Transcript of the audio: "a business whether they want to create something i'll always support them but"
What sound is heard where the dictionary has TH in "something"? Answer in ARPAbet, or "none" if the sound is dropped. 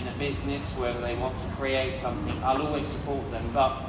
TH